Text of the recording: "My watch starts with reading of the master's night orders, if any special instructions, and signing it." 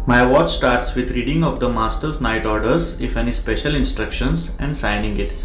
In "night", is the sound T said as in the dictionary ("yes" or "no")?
yes